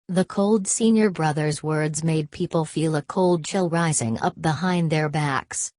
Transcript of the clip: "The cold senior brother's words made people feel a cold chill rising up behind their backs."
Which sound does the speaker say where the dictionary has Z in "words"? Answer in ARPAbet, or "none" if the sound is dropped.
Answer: Z